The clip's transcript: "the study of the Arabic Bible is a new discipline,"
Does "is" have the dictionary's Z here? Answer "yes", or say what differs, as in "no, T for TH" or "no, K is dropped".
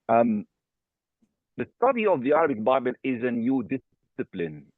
yes